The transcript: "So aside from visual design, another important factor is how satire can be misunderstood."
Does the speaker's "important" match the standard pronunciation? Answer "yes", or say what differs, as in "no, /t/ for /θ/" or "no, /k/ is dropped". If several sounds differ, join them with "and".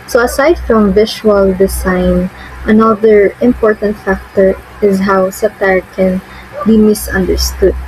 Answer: yes